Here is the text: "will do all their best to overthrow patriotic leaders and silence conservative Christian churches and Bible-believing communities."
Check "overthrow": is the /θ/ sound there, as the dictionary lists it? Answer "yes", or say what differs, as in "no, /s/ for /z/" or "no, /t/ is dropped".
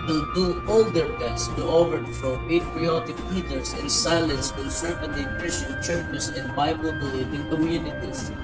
no, /f/ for /θ/